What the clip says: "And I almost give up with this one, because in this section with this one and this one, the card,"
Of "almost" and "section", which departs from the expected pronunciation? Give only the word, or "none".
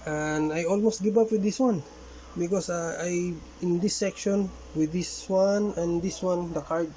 none